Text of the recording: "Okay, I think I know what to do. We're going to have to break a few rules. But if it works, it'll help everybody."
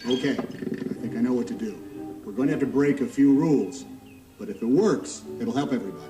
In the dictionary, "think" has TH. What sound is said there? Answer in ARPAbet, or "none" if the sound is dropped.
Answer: TH